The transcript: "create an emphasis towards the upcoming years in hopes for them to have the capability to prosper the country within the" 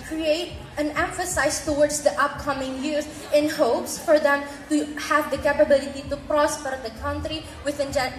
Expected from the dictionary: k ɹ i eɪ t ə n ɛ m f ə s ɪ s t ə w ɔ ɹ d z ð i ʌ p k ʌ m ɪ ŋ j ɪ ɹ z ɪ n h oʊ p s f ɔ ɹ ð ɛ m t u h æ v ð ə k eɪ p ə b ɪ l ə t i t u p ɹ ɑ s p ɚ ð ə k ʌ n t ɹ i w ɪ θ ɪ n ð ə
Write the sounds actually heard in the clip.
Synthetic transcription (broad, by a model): k ɹ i eɪ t ə n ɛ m f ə s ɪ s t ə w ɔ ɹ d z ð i ʌ p k ʌ m ɪ ŋ j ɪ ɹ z ɪ n h oʊ p s f ɔ ɹ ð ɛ m t u h æ v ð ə k eɪ p ə b ɪ l ə t i t u p ɹ ɑ s p ɚ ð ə k ʌ n t ɹ i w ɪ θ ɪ n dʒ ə